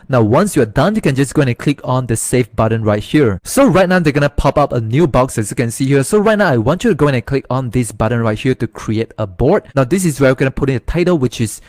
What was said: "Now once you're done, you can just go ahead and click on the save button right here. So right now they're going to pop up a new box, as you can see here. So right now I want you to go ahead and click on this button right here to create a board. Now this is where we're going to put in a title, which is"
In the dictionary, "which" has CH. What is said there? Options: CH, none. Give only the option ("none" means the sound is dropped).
CH